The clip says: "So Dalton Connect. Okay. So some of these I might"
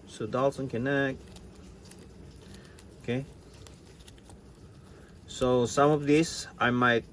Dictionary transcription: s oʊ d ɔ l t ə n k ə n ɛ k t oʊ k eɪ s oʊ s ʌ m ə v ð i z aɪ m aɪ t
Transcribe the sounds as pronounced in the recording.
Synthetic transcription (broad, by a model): s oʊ d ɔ l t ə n k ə n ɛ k oʊ k eɪ s oʊ s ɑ m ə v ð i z aɪ m aɪ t